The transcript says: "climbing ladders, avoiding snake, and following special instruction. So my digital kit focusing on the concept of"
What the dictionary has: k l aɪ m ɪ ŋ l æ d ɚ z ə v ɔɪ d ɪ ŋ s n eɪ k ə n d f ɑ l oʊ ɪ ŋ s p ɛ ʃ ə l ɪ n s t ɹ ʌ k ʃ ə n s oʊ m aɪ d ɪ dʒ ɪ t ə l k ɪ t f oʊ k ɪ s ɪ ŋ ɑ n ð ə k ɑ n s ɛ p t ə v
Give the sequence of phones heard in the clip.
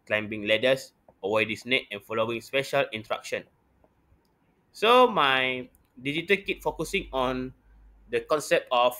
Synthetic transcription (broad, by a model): k l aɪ m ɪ ŋ l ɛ d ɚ s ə w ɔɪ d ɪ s n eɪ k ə n f ɑ l oʊ ɪ ŋ s p ɛ ʃ ə l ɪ n t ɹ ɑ k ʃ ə n s oʊ m aɪ d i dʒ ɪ t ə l k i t f oʊ k ɪ s ɪ ŋ ɑ n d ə k ɑ n s ɛ p t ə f